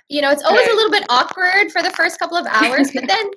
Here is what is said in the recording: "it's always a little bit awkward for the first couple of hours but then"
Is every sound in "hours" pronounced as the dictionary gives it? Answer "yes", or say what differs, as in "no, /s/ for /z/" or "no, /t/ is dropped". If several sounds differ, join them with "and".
yes